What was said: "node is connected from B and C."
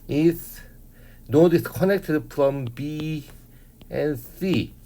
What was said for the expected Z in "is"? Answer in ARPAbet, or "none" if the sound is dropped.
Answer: S